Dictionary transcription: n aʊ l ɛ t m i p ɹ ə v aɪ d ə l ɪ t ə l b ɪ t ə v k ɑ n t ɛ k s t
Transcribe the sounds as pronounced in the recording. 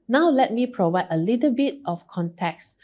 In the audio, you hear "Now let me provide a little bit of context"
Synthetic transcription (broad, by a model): n aʊ l ɛ t m i p ɹ ə v aɪ d ə l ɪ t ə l b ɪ t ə f k ɑ n t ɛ k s